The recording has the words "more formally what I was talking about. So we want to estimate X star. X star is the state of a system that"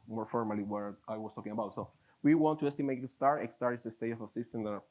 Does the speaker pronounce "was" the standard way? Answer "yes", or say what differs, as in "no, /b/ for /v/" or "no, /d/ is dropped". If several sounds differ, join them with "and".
no, /s/ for /z/